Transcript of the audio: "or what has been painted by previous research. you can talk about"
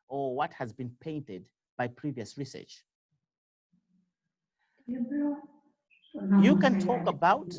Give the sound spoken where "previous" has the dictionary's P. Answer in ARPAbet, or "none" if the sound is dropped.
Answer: P